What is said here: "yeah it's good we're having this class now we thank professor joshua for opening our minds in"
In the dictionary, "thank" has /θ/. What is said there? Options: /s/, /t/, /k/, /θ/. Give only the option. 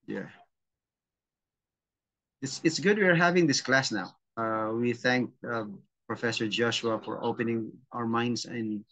/θ/